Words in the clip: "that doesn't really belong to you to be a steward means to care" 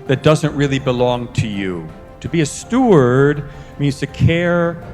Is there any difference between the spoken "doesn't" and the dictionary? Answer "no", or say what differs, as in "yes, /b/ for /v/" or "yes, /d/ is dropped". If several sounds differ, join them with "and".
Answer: no